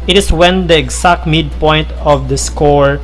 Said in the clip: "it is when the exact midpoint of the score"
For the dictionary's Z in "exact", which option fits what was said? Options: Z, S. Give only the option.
S